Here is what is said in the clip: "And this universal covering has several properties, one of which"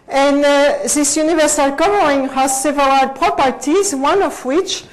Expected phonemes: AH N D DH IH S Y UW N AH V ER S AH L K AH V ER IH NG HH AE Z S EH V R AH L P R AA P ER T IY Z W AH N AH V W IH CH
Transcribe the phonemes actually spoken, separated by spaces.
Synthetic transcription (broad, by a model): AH N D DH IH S Y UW N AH V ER S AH L K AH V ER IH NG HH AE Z S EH V L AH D P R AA P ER T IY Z W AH N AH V W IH CH